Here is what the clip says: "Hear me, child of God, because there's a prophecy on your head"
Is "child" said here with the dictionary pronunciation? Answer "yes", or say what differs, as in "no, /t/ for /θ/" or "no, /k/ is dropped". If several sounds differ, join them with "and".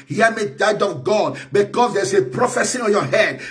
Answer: no, /l/ is dropped